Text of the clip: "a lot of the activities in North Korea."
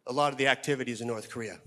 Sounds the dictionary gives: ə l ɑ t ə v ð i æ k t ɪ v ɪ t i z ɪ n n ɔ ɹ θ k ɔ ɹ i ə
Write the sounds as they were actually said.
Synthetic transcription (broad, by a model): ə l ɑ t ə v ð i æ k t ɪ v ɪ t i z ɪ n n ɔ ɹ θ k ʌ ɹ i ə